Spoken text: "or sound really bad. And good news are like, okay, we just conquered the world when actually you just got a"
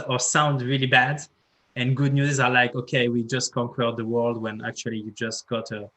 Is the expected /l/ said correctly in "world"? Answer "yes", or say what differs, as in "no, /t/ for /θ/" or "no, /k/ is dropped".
yes